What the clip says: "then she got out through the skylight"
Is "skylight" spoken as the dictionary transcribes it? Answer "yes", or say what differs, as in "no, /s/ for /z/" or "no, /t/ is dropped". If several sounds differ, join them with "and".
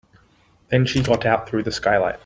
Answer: yes